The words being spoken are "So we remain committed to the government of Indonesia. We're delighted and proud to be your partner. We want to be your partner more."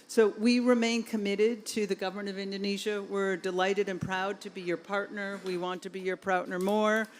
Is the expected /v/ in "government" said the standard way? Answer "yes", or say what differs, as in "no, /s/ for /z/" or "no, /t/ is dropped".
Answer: yes